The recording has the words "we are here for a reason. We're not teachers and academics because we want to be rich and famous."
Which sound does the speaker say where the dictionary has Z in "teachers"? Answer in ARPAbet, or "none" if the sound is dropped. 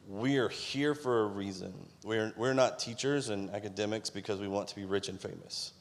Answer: Z